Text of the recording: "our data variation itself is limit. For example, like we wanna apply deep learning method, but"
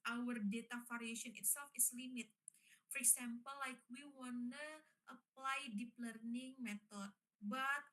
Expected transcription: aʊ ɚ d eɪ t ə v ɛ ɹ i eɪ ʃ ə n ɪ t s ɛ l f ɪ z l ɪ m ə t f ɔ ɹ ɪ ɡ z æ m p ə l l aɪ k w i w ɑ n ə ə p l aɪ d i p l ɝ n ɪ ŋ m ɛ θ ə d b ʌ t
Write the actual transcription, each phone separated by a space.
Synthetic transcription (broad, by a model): aʊ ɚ d eɪ t ə f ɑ ɹ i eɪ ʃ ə n ɪ t s ɛ l f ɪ s l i m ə t f ɔ ɹ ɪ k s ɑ m p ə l l aɪ k w i w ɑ n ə ə p l aɪ d i p l ɝ n ɪ ŋ m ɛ t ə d b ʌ t